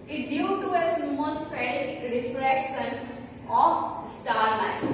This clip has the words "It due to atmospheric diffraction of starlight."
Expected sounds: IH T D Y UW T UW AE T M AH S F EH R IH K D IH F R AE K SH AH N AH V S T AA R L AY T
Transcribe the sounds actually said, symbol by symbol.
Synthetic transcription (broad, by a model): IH T D Y UW T UW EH S M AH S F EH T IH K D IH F R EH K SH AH N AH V S T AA R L AY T